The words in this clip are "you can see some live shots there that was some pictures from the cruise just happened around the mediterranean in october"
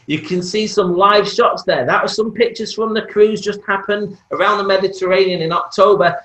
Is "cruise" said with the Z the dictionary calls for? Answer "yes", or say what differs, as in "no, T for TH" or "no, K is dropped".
yes